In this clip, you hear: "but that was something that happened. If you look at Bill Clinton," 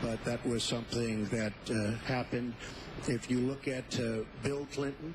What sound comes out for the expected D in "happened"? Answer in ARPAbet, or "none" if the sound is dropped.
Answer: D